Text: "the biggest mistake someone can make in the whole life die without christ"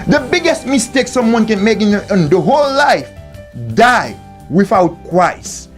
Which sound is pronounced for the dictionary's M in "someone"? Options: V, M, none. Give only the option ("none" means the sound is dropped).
M